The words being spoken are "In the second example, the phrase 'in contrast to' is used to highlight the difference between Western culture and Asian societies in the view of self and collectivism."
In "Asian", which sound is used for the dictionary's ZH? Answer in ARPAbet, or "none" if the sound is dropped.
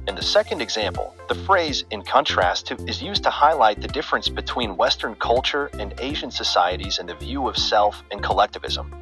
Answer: ZH